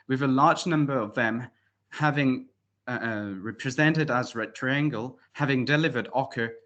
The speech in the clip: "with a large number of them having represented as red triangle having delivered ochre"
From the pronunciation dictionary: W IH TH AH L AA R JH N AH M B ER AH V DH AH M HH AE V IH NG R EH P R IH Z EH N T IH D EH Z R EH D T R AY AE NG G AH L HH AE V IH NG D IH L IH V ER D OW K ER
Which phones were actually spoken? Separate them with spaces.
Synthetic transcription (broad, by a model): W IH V AH L AA R JH N AH M B ER AH V DH AH M HH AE V IH NG R EH P R IH Z EH N T IH D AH Z R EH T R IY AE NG G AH L HH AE V IH NG D IH L IH V ER D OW K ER